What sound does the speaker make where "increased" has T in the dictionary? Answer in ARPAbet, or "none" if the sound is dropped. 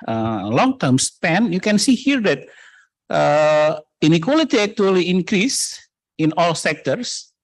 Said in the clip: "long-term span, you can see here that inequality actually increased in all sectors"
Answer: none